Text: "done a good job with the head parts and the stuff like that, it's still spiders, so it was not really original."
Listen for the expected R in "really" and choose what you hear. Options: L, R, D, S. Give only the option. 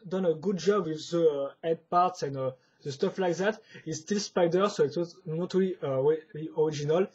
L